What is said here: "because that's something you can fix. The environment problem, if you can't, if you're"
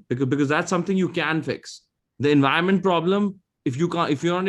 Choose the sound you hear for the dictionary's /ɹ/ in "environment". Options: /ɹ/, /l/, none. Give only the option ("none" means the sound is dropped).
none